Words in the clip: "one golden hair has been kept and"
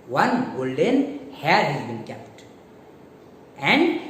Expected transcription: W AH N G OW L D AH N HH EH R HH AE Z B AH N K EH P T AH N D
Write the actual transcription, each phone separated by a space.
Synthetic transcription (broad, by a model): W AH N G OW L D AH N HH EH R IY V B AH N K EH P T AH N D